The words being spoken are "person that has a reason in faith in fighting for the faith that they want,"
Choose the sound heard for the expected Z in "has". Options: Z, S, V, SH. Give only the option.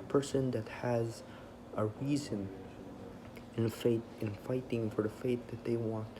Z